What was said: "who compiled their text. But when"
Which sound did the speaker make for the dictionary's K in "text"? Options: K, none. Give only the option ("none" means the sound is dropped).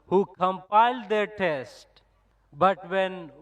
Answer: none